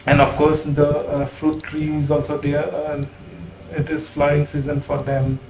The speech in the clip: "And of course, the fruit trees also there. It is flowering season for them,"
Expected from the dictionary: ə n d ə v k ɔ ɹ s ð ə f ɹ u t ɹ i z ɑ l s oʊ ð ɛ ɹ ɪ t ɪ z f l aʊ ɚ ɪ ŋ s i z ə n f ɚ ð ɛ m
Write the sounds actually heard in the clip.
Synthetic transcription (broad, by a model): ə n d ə f k ɔ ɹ s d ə f ɹ u t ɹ i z ɑ l s oʊ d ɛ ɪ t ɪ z f l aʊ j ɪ ŋ s i z ə n f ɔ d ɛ m